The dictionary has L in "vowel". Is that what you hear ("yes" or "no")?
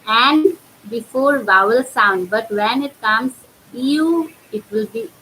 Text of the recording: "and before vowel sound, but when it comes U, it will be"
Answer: yes